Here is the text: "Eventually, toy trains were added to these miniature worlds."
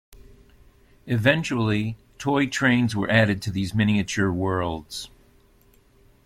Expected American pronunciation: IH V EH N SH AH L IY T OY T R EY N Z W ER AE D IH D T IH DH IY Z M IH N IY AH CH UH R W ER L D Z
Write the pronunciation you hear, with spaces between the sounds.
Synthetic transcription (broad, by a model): IH V EH N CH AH L IY T OY T R EY N Z W ER AE D IH D T IH DH IY Z M IH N IY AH CH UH R W ER L D Z